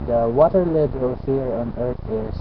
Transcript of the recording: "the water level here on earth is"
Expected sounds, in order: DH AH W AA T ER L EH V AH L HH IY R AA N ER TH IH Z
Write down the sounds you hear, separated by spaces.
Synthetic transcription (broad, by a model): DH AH W AA T ER L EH B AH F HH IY R AA N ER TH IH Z